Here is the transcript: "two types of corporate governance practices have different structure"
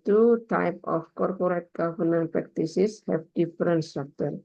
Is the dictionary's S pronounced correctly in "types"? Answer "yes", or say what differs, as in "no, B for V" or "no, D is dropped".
no, S is dropped